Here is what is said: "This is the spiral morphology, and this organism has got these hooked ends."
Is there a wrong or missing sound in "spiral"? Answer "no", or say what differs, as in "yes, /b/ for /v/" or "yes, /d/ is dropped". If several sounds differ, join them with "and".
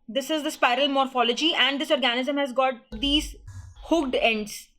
no